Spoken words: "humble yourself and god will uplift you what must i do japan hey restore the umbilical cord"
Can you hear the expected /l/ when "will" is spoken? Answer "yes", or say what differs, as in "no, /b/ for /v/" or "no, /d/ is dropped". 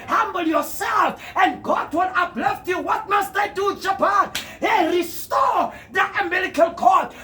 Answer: no, /n/ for /l/